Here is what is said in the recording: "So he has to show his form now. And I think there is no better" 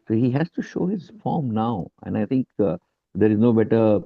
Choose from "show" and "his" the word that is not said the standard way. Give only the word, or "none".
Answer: none